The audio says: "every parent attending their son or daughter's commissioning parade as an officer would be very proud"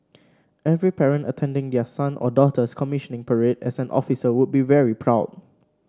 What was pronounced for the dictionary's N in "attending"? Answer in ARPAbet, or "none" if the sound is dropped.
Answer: N